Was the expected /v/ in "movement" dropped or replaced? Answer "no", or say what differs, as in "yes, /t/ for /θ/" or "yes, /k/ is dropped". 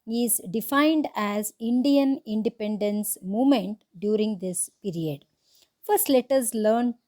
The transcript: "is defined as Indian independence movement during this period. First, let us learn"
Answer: yes, /v/ is dropped